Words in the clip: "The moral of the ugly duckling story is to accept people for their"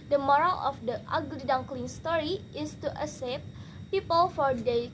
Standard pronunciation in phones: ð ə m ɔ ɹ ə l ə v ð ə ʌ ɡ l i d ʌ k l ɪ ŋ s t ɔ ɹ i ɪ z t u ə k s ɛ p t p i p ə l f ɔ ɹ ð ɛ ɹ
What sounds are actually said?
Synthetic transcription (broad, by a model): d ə m ɔ ɹ ə l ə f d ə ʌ ɡ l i d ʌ k l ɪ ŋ s t ɔ ɹ i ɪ s t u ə s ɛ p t p i p ə l f ɔ ɹ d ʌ